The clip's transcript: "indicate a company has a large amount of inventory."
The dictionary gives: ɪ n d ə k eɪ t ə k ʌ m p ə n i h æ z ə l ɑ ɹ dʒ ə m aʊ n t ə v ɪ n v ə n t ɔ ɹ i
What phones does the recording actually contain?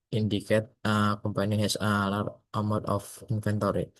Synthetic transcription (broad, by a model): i n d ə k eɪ t ə k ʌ m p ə n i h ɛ s ə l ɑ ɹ ə m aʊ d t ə f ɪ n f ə n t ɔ ɹ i